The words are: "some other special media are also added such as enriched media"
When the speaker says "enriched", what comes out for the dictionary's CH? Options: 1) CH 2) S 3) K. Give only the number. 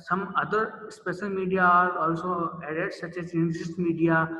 2